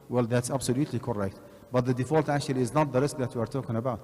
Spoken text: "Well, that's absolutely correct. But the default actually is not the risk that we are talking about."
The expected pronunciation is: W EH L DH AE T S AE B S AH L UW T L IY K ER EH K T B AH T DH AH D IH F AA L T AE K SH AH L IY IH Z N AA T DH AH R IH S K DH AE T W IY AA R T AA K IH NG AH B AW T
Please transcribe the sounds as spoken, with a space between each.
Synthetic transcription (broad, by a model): W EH L DH AE T S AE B S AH L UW T L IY K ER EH K T B AH T DH AH D IH F AA L T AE K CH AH L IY IH Z N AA T DH AH R IH S K DH AE T W IY AA R T AA K IH NG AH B AW T